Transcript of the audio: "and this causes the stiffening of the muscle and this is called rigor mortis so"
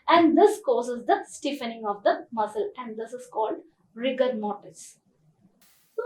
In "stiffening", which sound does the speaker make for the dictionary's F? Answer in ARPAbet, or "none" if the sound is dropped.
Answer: F